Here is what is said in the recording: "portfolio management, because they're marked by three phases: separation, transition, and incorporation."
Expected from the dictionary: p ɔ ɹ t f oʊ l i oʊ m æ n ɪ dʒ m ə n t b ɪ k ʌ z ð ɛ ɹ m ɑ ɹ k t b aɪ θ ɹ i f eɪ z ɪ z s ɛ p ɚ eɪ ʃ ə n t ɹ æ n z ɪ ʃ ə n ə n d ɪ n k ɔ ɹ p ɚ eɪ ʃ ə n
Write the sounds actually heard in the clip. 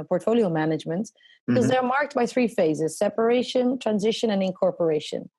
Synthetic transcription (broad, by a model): p ɔ ɹ t f oʊ l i oʊ m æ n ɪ dʒ m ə n t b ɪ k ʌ z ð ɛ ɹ m ɑ ɹ k t b aɪ θ ɹ i f eɪ z ɪ z s ɛ p ɚ eɪ ʃ ə n t ɹ æ n z ɪ ʃ ə n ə n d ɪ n k ɔ ɹ p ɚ eɪ ʃ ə n